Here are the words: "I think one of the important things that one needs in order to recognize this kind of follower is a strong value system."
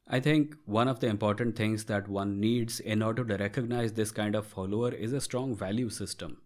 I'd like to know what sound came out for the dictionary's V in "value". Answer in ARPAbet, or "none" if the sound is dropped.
V